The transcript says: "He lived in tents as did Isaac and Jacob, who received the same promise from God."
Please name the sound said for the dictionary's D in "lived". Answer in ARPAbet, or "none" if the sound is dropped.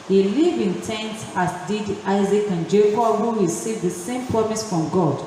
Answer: none